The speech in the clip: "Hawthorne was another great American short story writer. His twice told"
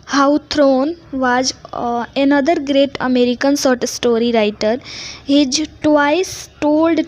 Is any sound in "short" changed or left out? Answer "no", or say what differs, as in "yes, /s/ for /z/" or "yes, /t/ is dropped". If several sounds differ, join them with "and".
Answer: yes, /s/ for /ʃ/